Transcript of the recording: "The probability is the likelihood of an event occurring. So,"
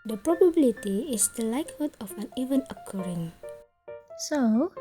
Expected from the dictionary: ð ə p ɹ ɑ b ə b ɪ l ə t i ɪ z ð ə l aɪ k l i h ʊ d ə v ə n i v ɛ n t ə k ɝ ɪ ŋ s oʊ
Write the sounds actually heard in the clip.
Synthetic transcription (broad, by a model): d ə p ɹ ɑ b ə b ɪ l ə t i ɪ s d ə l aɪ k h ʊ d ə f ə n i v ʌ n ə k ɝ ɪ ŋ s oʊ